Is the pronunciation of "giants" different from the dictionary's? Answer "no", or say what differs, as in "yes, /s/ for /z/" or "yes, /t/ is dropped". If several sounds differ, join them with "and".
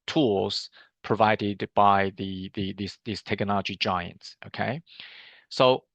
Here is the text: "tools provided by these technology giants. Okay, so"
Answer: no